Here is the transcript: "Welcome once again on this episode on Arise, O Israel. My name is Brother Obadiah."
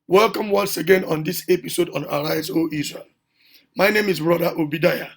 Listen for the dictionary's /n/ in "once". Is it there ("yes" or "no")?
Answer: yes